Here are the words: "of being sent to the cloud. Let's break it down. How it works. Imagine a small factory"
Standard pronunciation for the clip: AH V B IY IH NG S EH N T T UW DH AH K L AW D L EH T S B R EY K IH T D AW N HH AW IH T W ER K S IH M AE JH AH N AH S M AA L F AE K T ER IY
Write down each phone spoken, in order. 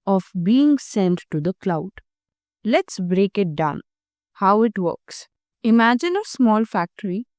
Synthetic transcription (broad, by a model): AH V B IY IH NG S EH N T T UW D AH K L AW D L EH T S B R EY K IH T D AW N HH AW IH T W ER K S IH M AE JH AH N AH S M AA L F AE K T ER IY